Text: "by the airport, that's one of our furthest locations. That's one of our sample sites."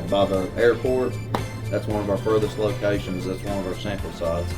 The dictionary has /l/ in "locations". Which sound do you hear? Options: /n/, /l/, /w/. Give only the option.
/l/